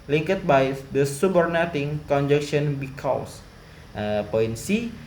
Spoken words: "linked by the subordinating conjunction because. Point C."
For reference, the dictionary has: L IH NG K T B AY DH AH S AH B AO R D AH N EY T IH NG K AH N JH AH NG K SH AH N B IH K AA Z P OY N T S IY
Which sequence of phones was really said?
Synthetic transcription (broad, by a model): L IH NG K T B AY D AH S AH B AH R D N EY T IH NG K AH N JH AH K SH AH N B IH K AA S P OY N S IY